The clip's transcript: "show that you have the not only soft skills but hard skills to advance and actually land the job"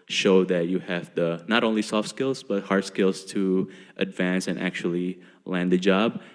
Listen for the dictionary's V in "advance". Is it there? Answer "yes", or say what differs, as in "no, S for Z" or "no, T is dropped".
yes